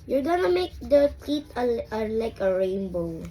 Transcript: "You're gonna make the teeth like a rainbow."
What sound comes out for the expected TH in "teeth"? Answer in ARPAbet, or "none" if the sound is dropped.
T